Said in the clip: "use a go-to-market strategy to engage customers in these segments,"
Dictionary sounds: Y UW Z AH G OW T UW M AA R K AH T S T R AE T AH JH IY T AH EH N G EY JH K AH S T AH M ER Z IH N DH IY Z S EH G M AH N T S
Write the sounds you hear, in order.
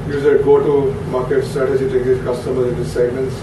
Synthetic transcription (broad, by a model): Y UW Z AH G OW T UW M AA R K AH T S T AE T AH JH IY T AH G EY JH K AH S T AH M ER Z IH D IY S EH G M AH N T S